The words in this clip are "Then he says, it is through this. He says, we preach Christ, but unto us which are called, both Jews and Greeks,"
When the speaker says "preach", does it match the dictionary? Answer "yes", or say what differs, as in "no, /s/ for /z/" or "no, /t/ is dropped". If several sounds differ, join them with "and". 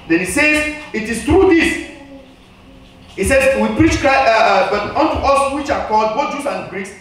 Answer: yes